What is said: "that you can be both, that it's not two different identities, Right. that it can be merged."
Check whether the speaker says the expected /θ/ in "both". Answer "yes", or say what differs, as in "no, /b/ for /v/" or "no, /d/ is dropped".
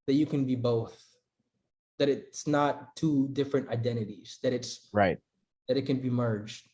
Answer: yes